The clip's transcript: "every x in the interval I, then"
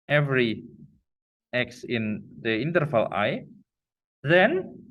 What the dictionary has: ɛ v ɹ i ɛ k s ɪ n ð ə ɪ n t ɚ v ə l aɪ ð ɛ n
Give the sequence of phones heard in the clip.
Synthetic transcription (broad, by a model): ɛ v ɹ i ɛ k s ɪ n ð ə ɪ n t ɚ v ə l aɪ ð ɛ n